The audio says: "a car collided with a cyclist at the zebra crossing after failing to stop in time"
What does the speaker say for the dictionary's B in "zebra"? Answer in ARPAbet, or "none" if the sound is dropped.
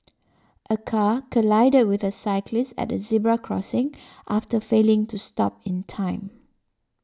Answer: B